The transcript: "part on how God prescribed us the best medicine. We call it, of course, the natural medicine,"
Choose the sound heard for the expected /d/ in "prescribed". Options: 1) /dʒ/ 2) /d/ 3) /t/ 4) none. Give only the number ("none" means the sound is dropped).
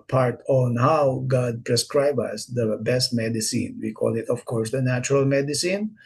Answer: 4